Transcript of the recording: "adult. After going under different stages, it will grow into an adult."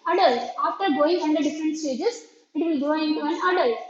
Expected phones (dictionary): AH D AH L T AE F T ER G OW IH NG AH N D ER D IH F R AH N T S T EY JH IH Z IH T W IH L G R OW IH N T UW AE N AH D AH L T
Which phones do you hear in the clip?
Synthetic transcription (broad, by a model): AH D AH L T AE F T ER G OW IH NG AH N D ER D IH F R AH N T S T EY JH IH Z IH T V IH L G OW IH N T UW AE N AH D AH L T